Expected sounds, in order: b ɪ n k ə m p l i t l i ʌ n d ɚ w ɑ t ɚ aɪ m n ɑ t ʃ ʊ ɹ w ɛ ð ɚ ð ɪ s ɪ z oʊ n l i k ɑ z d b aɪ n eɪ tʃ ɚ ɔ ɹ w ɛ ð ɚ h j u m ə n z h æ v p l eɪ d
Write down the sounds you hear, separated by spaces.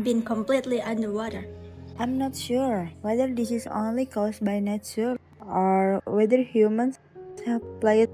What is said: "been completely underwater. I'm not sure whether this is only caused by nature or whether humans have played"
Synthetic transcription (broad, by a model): b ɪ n k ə m p l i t l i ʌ n d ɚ w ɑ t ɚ aɪ m n ɑ t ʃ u ɹ w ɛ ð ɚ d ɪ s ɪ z oʊ n l i k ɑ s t b aɪ n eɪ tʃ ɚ ɔ ɹ w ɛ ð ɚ h j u m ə n s h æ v p l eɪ